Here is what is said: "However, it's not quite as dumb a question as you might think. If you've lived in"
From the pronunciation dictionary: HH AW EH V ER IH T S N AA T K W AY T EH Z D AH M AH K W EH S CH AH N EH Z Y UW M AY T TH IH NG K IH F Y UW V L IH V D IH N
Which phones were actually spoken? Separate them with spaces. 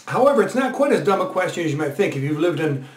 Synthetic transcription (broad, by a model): HH AW EH V ER IH T S N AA T K W AY T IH Z D AH M AH K W EH S CH AH N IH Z Y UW M AY T TH IH NG K IH F Y UW V L IH V D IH N